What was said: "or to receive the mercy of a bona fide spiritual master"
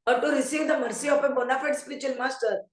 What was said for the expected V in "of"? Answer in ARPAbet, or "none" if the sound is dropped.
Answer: P